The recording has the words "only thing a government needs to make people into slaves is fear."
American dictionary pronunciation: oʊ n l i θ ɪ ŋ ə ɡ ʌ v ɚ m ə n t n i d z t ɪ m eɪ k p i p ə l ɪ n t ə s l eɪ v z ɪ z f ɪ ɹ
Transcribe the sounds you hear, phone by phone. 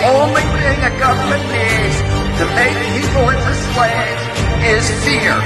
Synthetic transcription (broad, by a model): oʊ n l i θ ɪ ŋ ə ɡ ʌ v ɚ m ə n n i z t ɪ m eɪ k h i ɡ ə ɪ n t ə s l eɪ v ɪ z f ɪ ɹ